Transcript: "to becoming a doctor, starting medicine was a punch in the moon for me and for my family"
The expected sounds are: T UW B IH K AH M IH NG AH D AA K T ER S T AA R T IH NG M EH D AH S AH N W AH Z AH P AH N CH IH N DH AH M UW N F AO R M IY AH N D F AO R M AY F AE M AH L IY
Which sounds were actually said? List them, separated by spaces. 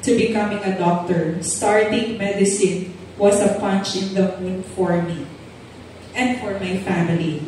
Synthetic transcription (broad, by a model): T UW B IH K AH M IH NG AH D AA K T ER S T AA R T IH NG M EH D AH S AH N W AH S AH P AH N CH IH N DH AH M UW N F AO R M IY AH N D F AO R M AY F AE M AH L IY